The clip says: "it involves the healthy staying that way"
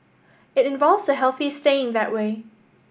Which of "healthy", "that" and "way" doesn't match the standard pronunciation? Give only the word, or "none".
none